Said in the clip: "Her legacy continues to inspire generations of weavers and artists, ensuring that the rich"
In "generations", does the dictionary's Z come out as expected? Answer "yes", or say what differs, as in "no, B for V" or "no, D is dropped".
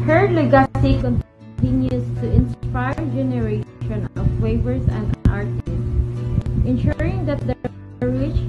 no, Z is dropped